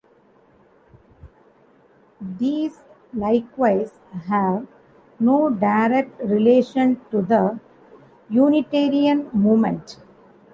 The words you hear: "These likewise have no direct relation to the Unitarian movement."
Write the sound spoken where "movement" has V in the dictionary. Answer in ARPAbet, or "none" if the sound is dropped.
none